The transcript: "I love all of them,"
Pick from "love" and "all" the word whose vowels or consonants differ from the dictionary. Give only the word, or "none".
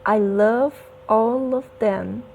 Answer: none